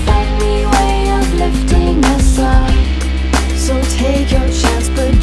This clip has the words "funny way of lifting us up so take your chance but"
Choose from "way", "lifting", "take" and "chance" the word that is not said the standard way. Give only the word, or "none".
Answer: chance